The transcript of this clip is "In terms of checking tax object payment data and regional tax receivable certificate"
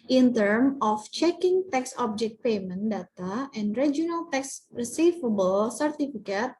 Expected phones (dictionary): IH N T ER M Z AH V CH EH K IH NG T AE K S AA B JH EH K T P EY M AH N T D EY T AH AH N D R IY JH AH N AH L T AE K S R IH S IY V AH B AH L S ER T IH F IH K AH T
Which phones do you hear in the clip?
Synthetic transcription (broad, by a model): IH N T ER M AH F CH EH K IH NG T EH K S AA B JH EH K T P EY M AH N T D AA T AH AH N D R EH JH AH N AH L T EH K S R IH S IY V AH B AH L S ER T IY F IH K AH T